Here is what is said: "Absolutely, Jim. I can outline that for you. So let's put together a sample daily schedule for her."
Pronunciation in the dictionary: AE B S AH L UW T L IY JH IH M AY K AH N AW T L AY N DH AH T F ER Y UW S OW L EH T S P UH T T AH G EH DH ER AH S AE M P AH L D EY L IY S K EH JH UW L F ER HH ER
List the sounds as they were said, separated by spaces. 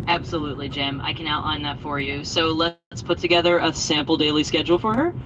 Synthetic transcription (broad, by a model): AE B S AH L UW T L IY JH IH M AY K AH N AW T AY N DH AH T F ER Y UW S OW L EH T S P UH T T AH G EH DH ER AH S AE M P L D EY L IY S K EH JH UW L F ER ER